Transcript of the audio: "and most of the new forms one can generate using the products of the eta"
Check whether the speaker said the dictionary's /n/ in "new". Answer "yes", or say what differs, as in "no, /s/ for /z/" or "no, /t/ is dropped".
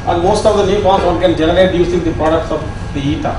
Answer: no, /l/ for /n/